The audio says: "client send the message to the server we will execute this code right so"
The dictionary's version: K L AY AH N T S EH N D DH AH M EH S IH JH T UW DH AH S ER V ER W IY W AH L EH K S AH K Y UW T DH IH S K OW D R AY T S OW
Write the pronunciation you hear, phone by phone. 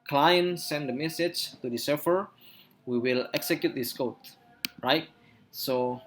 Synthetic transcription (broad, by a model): K L AY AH N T S EH N D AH M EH S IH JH T UW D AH S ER F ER W IY W AH L EH K S AH K Y UW T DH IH S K OW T R AY T S OW